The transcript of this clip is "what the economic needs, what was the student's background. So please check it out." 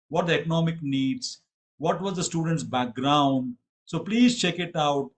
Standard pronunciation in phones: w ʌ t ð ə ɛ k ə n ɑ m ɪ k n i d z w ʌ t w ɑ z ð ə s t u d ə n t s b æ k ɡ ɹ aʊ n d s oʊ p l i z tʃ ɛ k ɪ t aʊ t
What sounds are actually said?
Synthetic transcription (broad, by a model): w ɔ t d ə ɛ k ə n ɑ m ɪ k n i d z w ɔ t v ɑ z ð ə s t u d ə n t s b æ k ɡ ɹ aʊ n d s oʊ p l i z tʃ ɛ k ɪ t aʊ t